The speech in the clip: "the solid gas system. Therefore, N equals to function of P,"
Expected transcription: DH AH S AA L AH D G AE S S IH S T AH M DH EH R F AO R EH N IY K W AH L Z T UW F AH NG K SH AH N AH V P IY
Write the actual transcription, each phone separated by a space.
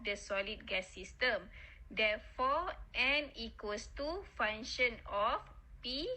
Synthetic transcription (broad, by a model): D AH S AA L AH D G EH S S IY S T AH M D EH F AO EH N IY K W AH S T UW F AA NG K SH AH N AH F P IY